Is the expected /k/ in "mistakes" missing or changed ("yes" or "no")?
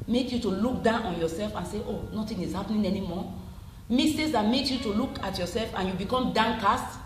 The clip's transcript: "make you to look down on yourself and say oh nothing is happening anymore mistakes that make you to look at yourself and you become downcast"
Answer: yes